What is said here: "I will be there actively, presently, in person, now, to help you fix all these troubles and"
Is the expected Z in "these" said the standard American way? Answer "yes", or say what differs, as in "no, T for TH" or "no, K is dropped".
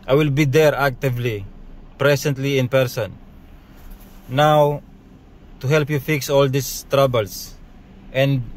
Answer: no, S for Z